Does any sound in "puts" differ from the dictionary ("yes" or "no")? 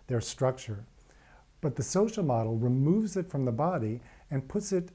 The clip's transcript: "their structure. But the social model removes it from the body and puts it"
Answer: no